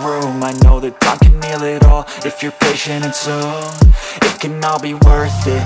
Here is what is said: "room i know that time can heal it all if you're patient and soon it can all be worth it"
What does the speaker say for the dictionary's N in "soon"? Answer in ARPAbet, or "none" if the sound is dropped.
none